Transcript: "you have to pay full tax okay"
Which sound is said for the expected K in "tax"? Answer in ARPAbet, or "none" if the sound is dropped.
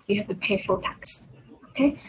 K